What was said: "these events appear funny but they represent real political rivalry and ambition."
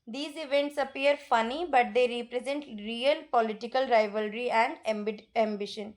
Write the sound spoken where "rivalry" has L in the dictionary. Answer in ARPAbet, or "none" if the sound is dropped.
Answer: L